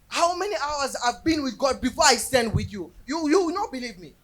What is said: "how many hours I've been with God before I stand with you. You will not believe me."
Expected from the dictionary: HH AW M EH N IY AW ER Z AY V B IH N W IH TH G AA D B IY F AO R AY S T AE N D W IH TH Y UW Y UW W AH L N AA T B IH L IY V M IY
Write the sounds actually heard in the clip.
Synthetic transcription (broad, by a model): HH AW M EH N IY AW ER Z AY V B IH N W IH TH G AA D B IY F AO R AY S T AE N D W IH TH Y UW Y UW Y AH W N AA T B IH L IY V M IY